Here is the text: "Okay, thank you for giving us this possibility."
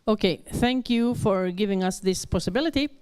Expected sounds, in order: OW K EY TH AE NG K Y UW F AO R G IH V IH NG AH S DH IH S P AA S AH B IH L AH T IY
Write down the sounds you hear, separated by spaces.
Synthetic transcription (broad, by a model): OW K EY TH AE NG K Y UW F AO R G IH V IH NG AH S DH IH S P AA S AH B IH L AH T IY